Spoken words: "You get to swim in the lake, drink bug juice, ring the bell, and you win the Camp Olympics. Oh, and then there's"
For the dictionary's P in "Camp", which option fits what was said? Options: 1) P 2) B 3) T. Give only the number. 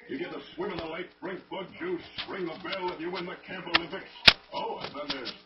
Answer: 2